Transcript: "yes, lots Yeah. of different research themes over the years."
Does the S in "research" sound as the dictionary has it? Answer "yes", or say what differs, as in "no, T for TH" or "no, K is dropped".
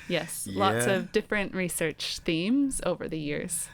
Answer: yes